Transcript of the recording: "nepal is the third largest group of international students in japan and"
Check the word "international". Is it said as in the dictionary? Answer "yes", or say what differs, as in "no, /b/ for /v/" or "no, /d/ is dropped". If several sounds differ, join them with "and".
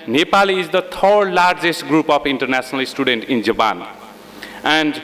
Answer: no, /s/ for /ʃ/